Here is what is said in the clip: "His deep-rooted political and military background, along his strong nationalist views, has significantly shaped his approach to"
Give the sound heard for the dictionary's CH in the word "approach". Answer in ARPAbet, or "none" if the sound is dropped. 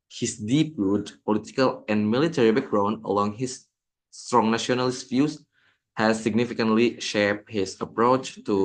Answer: CH